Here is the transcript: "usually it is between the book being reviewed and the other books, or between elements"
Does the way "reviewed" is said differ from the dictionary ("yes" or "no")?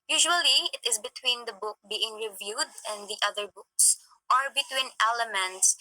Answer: no